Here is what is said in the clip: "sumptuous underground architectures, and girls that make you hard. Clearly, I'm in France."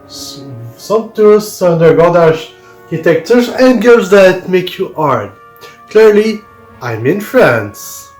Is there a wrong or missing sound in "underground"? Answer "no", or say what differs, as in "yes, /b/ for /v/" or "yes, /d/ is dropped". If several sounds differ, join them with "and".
yes, /ɹ/ is dropped and /n/ is dropped